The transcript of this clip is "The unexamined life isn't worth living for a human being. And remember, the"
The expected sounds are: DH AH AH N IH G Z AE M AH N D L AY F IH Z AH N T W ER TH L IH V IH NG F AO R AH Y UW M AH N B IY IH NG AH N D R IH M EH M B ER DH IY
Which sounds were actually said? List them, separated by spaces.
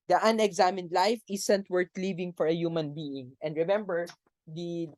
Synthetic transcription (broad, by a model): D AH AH N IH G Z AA M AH N D L AY F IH S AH N T W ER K L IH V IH NG F AO R AH Y UW M AH N B IY IH NG AH N D R IH M EH M B ER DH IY